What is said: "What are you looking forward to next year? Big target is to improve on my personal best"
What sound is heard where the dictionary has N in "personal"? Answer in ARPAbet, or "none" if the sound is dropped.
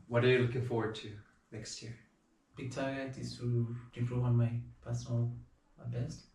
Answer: none